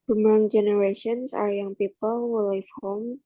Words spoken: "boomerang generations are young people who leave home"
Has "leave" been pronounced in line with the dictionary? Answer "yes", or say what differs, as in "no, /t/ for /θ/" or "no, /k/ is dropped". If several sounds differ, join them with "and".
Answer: no, /f/ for /v/